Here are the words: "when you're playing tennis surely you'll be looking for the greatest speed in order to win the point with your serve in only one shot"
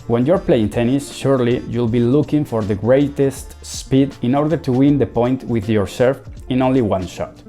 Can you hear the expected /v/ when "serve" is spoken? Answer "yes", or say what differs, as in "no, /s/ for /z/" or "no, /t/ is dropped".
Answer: no, /f/ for /v/